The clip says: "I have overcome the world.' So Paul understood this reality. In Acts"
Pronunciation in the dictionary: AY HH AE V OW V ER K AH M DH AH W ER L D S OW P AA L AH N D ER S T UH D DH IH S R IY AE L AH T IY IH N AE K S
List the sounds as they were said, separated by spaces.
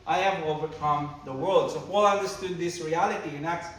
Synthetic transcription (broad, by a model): AY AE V OW V ER K AH M DH AH W ER L D S OW F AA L AH N D ER S T UH D DH IH S R IY AE L AH T IY IH N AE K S